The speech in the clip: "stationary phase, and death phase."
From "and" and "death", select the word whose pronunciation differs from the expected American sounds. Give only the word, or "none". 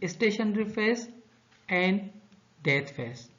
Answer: death